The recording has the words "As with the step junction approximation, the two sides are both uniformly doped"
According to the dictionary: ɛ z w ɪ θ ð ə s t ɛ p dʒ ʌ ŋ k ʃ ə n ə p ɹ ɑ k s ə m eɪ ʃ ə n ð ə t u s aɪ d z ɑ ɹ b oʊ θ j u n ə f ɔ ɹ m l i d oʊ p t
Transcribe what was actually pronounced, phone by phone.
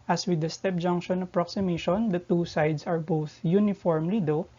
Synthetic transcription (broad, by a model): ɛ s w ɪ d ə s t ɛ p dʒ ʌ ŋ k ʃ ə n ə p ɹ ɑ k s ə m eɪ ʃ ə n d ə t u s aɪ d s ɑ ɹ b oʊ θ j u n ə f ɔ ɹ m l i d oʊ